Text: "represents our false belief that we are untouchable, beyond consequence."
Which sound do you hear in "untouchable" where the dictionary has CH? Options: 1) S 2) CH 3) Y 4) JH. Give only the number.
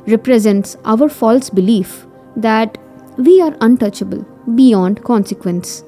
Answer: 2